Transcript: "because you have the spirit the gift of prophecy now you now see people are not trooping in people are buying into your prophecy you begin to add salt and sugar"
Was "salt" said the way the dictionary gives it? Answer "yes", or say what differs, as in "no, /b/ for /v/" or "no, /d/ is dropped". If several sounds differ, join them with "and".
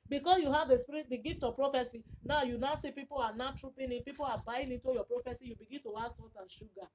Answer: no, /l/ is dropped